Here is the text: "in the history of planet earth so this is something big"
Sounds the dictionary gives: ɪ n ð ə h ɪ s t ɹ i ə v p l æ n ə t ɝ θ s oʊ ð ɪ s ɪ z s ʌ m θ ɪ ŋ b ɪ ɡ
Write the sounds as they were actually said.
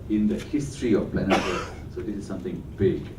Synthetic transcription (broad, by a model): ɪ n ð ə h ɪ s t ɹ i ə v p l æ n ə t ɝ s s oʊ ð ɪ s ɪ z s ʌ m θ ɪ ŋ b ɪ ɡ